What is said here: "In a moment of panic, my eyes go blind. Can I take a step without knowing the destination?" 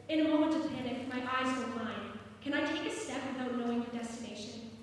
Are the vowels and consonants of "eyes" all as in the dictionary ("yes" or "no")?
yes